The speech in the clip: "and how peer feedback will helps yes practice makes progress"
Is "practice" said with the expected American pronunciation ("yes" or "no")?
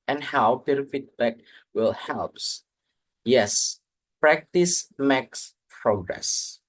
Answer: yes